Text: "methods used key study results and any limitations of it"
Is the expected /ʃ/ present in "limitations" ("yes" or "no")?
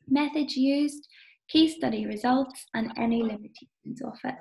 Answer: no